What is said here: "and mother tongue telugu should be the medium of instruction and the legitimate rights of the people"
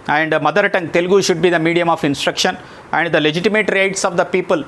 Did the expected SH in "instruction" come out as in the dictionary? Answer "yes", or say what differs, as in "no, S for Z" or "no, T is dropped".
yes